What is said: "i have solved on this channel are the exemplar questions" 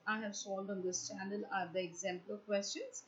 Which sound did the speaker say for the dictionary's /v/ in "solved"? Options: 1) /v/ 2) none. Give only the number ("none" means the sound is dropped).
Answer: 2